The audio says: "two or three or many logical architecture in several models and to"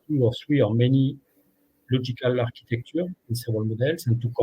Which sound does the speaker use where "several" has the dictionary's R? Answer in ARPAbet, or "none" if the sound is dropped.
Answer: none